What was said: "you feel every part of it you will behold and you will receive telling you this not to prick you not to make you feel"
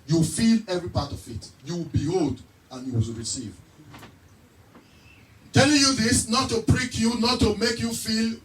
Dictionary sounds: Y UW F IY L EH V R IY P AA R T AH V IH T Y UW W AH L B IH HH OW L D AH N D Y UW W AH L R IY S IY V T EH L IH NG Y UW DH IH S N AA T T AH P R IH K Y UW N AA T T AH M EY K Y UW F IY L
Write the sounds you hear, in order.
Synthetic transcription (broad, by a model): Y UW F IY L EH V R IY P AA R T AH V IH T Y UW W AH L B IH HH OW L D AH N Y UW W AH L R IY S IY V T EH L IH NG Y UW DH IH S N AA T T AH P R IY K Y UW N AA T T AH M EY K Y UW F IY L